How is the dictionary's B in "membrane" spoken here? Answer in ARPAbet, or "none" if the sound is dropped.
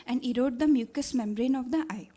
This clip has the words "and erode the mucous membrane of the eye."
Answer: B